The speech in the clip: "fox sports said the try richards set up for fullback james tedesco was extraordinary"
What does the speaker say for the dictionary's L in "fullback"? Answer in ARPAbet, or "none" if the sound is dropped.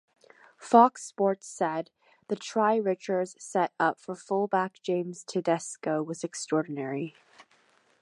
L